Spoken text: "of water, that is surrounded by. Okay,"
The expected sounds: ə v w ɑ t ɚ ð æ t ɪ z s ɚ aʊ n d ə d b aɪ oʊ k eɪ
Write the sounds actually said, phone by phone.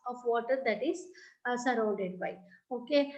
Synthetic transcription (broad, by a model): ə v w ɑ t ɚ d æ t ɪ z s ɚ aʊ d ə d b aɪ oʊ k eɪ